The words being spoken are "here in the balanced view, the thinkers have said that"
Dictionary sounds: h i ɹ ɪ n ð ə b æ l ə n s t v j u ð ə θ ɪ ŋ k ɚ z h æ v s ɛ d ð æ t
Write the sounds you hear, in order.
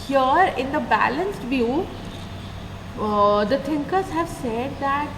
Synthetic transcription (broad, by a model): h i ɹ ɪ n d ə b æ l ə n s t v j u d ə t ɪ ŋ k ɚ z h æ v s ɛ d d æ t